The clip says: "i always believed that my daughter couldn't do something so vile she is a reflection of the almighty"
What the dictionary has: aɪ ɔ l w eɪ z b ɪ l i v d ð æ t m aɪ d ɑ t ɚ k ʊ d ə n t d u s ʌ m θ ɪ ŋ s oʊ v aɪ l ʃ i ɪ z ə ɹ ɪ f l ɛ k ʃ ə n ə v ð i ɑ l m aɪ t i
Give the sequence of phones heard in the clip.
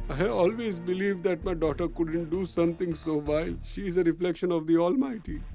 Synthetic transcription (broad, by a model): aɪ ɔ l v eɪ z b ɪ l i v d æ t m aɪ d ɑ t ɚ k ʊ d ə n t d u s ʌ m t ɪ ŋ s oʊ v aɪ l ʃ i ɪ z ə ɹ ɪ f l ɛ k ʃ ə n ə v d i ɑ l m aɪ t i